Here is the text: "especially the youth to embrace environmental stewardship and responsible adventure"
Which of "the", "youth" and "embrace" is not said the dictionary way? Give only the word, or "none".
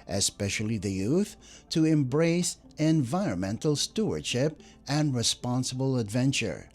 none